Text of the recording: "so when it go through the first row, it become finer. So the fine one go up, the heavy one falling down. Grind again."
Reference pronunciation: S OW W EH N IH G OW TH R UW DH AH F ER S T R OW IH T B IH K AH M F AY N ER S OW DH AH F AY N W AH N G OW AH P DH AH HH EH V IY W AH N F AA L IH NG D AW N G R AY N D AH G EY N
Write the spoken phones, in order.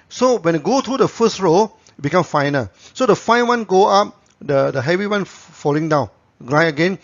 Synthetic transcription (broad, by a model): S OW W EH N IH G OW T R UW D AH F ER S T R OW IH T B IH K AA M F AY N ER S OW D AH F AY N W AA N G OW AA P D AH HH EH V IY W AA N F AA L IH NG D AW N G R AY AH G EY N